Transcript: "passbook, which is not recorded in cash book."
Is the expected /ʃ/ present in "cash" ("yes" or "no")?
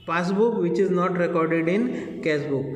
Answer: no